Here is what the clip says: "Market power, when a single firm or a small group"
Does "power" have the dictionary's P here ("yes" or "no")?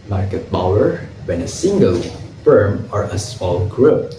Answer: no